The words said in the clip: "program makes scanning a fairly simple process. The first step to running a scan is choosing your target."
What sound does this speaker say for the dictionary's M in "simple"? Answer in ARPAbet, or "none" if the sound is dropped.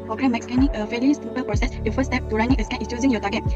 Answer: none